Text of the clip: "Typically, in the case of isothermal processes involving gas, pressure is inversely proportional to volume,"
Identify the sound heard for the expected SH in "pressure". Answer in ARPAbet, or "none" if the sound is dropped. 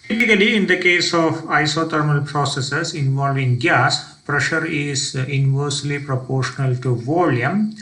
SH